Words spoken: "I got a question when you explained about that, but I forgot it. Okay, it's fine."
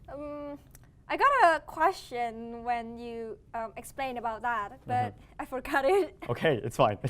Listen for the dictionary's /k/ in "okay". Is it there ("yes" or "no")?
yes